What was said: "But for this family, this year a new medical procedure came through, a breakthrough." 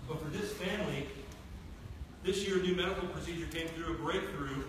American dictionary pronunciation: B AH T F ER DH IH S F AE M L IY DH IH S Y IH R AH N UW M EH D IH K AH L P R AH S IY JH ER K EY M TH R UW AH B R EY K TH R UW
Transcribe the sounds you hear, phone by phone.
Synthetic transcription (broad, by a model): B AH T F ER DH IH S F AE M L IY DH IH S Y IH R AH N UW M EH D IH K L P R AH S IY JH ER K EY M TH R UW AH B R EY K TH R UW